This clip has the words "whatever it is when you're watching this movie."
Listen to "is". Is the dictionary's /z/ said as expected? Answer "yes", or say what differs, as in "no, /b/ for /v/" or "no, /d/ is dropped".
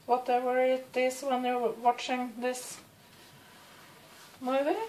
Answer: no, /s/ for /z/